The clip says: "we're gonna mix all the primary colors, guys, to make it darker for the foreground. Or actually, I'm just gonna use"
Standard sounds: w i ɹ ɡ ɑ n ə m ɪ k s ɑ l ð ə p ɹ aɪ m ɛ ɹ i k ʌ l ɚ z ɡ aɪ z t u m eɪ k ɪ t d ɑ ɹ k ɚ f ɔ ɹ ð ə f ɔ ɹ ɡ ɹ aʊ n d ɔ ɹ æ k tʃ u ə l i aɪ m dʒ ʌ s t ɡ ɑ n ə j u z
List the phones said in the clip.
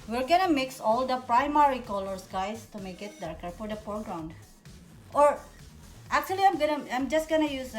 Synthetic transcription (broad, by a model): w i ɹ ɡ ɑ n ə m ɪ k s ɑ l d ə p ɹ aɪ m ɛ ɹ i k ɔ l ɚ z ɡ aɪ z t u m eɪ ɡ ɪ t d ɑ ɹ k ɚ f ɔ ɹ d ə p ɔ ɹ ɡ ɹ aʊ n d ɔ ɹ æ k tʃ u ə l i aɪ m dʒ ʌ s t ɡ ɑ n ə j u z